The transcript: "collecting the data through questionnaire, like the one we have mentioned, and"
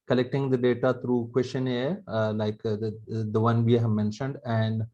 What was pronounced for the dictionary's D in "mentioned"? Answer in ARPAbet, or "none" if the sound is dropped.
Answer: D